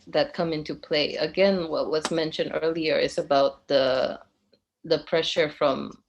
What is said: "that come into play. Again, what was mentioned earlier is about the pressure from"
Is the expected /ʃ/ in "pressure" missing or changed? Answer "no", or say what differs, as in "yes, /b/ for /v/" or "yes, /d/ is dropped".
no